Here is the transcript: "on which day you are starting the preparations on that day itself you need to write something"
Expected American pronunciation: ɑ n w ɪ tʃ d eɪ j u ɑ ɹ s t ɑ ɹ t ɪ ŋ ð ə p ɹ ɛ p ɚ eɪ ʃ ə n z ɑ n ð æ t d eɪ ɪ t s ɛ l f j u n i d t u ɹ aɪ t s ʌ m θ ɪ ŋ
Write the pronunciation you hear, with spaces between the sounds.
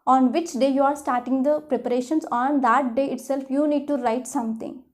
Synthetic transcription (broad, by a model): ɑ n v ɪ tʃ d eɪ j u ɑ ɹ s t ɑ ɹ t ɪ ŋ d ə p ɹ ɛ p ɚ eɪ ʃ ə n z ɑ n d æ t d eɪ ɪ t s ɛ l f j u n i d t u ɹ aɪ t s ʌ m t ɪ ŋ